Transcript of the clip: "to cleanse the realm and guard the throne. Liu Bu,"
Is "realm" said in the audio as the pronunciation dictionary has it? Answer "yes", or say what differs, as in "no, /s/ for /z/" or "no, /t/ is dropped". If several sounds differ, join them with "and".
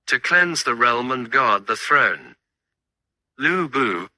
yes